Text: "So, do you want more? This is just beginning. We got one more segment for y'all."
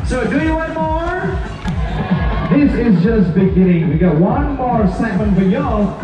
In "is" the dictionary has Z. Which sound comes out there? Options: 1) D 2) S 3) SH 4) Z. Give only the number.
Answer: 4